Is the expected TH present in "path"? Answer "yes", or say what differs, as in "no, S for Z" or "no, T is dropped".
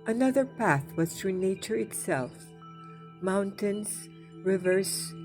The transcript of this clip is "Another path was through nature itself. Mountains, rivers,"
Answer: yes